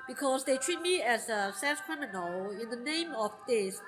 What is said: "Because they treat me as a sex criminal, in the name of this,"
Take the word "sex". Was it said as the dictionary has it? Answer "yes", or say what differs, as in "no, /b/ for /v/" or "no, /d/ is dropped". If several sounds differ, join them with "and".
no, /k/ is dropped